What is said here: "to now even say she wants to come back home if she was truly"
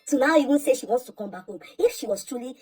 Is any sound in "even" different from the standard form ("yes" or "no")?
yes